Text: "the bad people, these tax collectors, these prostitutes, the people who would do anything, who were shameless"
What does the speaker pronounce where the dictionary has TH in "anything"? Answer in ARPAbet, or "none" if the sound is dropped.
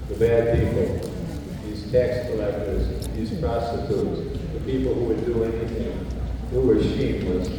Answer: TH